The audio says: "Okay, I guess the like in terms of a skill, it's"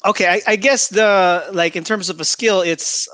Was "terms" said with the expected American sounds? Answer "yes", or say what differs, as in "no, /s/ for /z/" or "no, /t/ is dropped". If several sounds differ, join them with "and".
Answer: yes